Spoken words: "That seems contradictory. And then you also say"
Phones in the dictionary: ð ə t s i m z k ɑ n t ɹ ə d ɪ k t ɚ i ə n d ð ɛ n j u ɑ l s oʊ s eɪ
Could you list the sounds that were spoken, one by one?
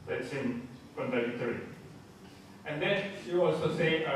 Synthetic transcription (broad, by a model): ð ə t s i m k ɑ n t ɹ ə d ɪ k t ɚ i ə n d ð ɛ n j u ɑ l s oʊ s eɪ